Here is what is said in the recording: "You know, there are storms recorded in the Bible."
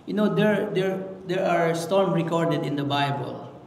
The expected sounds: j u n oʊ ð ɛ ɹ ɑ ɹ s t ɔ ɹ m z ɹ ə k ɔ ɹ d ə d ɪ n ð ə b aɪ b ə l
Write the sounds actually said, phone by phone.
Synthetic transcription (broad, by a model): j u n oʊ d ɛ ɹ ɑ ɹ s t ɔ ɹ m ɹ ə k ɔ ɹ d ə d ɪ n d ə b aɪ b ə l